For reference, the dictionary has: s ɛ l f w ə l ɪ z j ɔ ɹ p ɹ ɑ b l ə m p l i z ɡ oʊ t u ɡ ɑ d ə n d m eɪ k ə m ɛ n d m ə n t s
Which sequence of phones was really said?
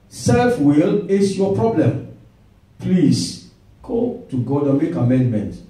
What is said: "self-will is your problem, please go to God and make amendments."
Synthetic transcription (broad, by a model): s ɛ l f w ə l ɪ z j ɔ p ɹ ɑ b l ə m p l i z ɡ oʊ t u ɡ ɑ d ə n m eɪ k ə m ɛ n d m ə n t